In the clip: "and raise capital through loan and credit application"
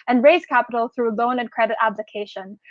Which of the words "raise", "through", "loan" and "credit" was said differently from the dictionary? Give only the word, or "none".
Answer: none